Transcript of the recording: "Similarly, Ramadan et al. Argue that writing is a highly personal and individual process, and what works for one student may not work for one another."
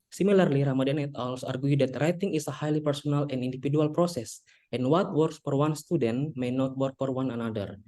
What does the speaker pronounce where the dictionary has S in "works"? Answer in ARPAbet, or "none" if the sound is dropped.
S